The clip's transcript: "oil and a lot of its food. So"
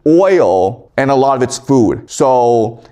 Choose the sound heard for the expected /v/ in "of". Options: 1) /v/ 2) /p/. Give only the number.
1